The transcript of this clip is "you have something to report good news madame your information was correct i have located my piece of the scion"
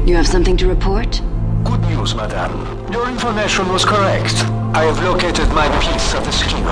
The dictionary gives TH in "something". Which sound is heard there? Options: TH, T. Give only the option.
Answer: TH